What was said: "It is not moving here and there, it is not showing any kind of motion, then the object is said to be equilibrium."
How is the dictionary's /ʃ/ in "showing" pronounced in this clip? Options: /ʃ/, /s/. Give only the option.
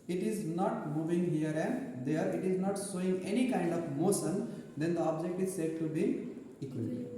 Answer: /s/